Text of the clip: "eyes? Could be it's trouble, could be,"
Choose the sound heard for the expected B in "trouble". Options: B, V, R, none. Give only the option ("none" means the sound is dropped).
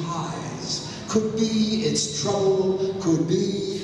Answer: none